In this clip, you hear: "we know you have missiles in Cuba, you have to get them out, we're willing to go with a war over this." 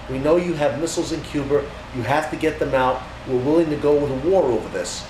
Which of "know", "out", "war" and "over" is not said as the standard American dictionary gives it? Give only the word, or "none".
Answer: none